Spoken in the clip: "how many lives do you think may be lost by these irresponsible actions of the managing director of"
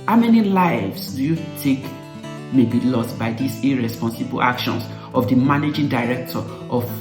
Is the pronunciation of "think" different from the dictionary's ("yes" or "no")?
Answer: yes